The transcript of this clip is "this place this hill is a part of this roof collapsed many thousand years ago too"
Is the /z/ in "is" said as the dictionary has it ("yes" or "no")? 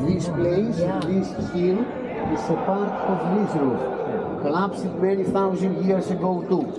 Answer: no